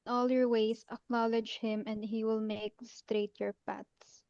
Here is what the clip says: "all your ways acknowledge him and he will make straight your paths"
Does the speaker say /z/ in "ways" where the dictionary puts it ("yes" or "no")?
no